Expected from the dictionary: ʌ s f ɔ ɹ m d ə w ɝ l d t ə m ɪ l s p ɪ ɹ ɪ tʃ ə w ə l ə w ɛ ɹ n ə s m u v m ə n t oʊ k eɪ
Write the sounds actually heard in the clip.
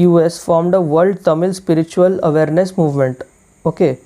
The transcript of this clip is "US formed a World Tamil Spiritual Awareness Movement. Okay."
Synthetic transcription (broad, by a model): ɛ s f ɔ ɹ m d ə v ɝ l d t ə m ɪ l s p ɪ ɹ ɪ tʃ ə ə l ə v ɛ ɹ n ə s m u v m ə n t oʊ k eɪ